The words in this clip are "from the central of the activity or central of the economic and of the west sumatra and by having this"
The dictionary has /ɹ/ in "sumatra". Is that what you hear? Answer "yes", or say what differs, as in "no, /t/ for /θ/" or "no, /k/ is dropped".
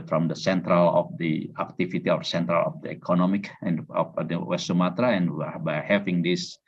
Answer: yes